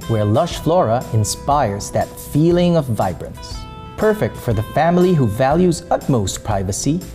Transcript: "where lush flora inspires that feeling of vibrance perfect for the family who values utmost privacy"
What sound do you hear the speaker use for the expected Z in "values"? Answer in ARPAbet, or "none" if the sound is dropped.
Z